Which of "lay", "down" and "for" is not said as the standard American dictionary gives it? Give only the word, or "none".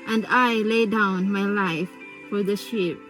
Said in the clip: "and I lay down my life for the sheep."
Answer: none